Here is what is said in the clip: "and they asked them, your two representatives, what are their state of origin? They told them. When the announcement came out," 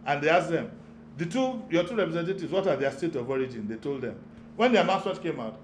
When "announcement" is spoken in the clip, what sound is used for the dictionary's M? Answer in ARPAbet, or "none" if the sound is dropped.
none